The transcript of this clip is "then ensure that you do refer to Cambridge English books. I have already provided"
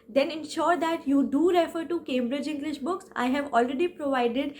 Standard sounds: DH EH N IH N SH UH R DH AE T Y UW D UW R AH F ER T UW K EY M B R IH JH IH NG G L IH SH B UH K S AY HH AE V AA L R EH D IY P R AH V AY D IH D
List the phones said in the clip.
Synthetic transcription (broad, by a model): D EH N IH N SH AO R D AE T Y UW D UW R AH F ER T UW K EY M B R IH JH IH NG G L IH SH B UH K S AY HH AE V AA L R EH D IY P R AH V AY D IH D